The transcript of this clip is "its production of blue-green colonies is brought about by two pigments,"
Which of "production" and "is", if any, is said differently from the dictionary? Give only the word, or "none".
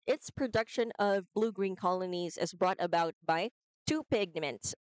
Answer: none